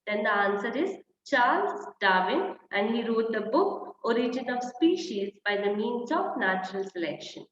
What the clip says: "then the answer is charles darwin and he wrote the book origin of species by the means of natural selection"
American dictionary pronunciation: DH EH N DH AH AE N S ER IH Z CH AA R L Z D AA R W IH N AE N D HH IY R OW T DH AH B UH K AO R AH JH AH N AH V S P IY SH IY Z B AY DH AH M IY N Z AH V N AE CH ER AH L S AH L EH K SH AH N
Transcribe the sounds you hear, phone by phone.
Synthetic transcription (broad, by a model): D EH N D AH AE N S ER IH Z CH AA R L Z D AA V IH N AE N D HH IY R OW T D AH B UH K AO R AH JH AH N AH V S P IY SH IY Z B AY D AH M IY N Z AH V N AE CH ER AH L S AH L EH K SH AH N